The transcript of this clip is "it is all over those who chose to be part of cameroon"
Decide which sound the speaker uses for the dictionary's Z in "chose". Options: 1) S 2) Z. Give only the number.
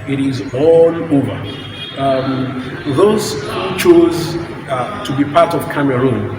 2